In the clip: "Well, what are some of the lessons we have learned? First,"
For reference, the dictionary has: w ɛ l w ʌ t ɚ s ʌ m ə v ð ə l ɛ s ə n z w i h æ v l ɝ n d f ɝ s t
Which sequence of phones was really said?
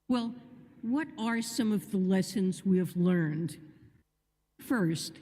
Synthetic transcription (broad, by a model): w ɛ l w ʌ t ɚ s ʌ m ə v ð ə l ɛ s ə n z w i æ v l ɝ n d f ɝ s t